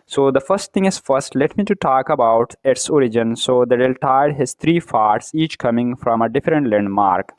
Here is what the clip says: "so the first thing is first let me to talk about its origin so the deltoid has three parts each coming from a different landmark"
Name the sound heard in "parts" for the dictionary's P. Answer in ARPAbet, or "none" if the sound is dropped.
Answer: F